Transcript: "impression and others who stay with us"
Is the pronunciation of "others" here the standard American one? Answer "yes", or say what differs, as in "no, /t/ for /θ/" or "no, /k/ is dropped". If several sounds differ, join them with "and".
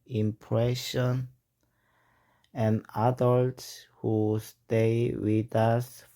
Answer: no, /s/ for /z/